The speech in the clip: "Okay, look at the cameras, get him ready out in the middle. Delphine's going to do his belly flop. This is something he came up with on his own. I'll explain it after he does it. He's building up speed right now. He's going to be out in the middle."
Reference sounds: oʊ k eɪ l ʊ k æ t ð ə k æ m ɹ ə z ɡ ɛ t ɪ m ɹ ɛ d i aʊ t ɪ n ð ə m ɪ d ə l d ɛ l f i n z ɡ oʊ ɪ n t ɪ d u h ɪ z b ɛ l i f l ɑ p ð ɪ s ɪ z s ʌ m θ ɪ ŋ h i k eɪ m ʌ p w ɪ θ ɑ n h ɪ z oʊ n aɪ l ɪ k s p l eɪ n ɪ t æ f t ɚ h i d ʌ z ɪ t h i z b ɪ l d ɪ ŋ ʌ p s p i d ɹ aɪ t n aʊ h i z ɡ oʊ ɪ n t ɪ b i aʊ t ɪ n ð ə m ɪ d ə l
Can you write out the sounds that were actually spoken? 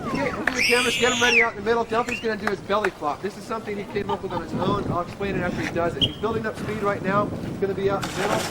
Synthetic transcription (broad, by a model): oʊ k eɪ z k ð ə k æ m ə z ɡ ɛ t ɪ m ɹ ɛ d i aʊ t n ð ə m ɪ d l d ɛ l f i z ɡ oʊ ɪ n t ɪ d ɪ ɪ z b ɛ l i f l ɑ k ð ɪ s ɪ z s ʌ m θ ɪ ŋ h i k eɪ m ʌ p w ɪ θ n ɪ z oʊ n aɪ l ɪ k s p l eɪ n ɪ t æ f t ɚ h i d ʌ z ɪ t h i z b ɪ l d ɪ ŋ ʌ p s p i d ɹ aɪ t n aʊ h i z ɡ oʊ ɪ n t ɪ b i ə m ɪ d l